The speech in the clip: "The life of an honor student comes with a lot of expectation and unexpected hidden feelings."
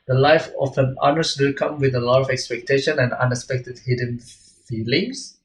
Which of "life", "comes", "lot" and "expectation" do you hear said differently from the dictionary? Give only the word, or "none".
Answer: comes